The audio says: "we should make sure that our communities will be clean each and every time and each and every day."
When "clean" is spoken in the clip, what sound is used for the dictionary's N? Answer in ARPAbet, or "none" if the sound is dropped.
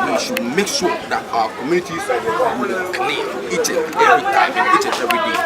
none